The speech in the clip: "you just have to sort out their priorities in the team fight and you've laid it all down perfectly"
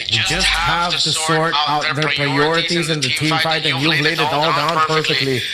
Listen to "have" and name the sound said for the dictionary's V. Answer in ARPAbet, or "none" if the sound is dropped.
V